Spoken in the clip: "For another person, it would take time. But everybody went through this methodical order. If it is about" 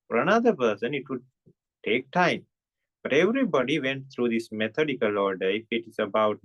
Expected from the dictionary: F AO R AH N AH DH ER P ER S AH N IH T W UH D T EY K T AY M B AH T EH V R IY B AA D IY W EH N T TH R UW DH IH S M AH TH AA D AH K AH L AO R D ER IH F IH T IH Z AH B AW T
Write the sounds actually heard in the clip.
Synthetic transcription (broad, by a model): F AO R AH N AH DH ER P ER S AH N IH T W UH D T EY K T AY M B AH T EH V R IY B AA D IY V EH N T T R UW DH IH S M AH T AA D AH K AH L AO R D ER IH F IH T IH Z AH B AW T